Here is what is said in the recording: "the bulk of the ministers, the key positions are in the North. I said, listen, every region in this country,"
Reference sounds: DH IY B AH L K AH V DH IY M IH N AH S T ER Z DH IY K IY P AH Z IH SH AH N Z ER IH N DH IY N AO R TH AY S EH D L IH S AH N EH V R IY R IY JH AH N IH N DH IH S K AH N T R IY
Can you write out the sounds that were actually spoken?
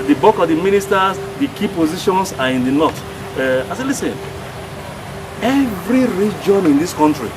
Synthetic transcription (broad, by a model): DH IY B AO K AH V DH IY M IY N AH S T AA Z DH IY K IY P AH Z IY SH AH N S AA IH N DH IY N AO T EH AY S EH L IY S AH N EH V R IY R IY JH AH N IH N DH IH S K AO N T R IY